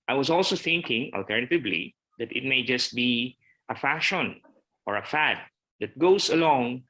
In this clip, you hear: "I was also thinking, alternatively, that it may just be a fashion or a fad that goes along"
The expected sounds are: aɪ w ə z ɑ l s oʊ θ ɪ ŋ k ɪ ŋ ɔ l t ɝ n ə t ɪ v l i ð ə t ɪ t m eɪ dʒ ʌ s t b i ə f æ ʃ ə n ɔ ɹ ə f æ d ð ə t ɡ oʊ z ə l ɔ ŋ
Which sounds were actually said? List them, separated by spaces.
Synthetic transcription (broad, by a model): aɪ w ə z ɑ l s oʊ θ ɪ ŋ k ɪ ŋ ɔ l t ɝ n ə t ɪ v l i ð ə t ɪ t m eɪ dʒ ʌ s t b i ə f æ ʃ ə n ɔ ɹ ə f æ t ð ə t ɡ oʊ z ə l ɔ ŋ